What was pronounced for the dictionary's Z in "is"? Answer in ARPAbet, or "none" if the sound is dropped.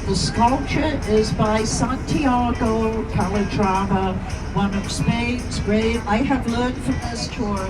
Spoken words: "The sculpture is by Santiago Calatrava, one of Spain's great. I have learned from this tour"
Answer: Z